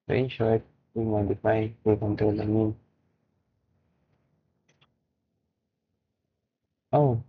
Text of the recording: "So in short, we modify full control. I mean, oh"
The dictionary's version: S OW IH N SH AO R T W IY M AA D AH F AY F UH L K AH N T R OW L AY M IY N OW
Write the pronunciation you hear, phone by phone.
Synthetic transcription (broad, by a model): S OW IH N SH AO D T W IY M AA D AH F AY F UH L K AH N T OW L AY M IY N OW